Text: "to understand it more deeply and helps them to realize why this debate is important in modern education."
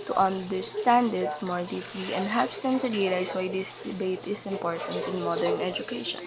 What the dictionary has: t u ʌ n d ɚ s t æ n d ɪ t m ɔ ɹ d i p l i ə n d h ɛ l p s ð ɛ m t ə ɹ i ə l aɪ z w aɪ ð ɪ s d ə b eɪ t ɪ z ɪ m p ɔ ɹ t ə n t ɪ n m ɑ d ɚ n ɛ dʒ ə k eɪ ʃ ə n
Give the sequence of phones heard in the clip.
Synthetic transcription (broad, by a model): t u ʌ n d ɚ s t æ n d ɪ t m ɔ ɹ d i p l i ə n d h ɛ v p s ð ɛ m t ə ɹ i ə l aɪ s w aɪ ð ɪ s d ə b eɪ t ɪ s ɪ m p ɔ ɹ t ə n t ɪ n m ɑ d ɚ n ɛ dʒ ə k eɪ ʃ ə n